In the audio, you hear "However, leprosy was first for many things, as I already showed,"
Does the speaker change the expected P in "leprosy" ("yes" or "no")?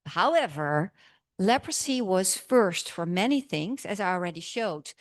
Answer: no